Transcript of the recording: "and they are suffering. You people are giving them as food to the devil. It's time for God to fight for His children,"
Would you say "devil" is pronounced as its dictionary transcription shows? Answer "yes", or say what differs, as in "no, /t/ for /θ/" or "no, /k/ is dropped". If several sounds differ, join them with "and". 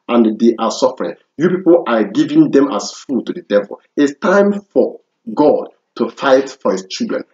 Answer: yes